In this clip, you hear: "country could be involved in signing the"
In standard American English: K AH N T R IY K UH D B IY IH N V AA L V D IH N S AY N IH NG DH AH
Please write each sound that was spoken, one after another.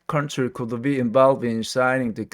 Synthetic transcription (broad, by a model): K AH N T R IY K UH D B IY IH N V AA L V IH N S AY N IH NG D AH